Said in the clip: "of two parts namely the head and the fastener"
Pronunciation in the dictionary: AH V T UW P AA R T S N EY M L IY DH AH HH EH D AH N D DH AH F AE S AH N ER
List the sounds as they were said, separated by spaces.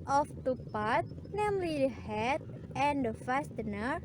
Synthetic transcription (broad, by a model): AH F T UW P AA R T N EY M L IY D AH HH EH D AH N D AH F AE S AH N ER